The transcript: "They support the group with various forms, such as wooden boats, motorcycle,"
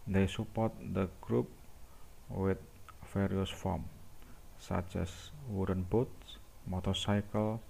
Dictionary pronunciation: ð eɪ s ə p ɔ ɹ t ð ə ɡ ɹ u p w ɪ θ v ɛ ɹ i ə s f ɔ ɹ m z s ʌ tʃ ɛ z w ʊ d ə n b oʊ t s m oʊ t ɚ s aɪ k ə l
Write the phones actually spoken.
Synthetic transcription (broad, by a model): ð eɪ s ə p ɔ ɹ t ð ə ɡ ɹ u p w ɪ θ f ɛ ɹ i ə s f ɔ m s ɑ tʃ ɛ s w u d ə n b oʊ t s m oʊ t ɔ s aɪ k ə l